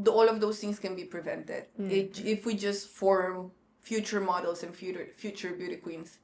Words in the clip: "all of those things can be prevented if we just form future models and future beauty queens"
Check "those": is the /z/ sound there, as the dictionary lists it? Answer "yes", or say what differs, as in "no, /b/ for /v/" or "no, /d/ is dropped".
no, /s/ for /z/